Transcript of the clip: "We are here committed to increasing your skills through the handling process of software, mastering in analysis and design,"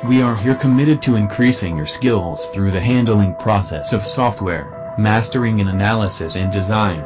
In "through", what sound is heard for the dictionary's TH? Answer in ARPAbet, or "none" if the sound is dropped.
TH